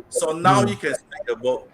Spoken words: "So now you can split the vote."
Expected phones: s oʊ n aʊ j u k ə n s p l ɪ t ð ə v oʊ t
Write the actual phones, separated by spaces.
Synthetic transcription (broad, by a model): s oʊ n aʊ j u k ə n s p ɪ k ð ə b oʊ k